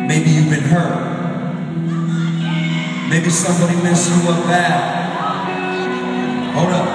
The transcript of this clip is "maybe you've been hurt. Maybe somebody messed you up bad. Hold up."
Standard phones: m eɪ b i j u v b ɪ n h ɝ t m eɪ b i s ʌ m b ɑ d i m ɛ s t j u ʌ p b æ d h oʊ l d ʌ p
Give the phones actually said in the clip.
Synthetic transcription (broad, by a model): m eɪ b i j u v b ɪ n h ɝ t m eɪ b i s ʌ m b ɑ d i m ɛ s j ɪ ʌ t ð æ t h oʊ d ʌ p